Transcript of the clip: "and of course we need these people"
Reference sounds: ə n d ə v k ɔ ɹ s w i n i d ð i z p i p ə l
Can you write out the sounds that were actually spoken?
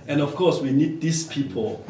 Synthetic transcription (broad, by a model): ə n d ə f k ɔ s w i n i d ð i s p i p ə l